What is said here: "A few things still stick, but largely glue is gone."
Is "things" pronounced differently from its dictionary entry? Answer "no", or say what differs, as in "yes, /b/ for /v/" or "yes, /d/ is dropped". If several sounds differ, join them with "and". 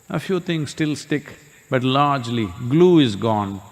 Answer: yes, /t/ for /θ/